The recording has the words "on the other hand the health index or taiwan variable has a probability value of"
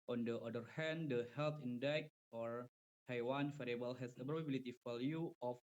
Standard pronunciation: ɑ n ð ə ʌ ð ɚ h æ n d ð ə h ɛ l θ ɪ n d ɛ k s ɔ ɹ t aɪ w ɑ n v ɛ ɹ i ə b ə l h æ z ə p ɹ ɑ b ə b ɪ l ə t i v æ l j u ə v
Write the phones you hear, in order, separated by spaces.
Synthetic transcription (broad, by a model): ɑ n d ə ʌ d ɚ h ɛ n d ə h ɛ l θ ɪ n d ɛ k ɔ ɹ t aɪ w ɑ n f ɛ ɹ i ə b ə l h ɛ s ə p ɹ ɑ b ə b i l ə t i f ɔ l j u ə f